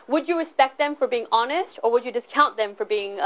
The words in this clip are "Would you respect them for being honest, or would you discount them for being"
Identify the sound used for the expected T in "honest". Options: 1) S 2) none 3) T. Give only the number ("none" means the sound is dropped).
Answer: 3